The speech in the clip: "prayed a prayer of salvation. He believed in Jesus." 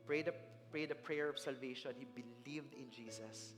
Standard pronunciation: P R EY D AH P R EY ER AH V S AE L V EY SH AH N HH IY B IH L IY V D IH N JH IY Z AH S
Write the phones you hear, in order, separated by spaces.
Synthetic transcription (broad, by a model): P R EY D AH P R EY ER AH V S AE L V EY SH AH N HH IY B IH L IY V D IH N JH IY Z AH S